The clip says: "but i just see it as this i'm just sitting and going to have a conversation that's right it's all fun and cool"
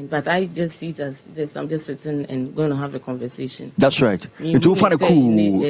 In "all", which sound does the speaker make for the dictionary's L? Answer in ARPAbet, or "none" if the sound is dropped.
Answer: W